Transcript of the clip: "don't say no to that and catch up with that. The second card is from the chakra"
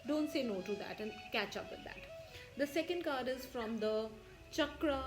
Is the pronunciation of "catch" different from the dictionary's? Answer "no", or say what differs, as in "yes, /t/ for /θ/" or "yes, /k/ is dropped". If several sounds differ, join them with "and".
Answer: no